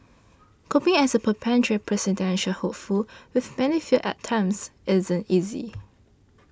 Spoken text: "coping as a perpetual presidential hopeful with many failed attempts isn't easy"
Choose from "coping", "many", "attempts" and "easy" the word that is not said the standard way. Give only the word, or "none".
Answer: attempts